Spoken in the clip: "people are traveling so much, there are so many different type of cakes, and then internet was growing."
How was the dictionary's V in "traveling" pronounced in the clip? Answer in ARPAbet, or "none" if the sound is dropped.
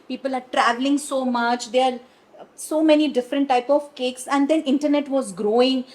V